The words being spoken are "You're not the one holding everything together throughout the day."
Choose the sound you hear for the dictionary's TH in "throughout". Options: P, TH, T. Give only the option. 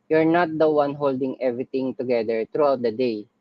T